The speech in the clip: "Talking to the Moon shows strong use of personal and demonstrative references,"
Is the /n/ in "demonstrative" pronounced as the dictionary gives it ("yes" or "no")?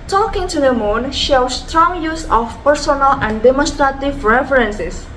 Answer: yes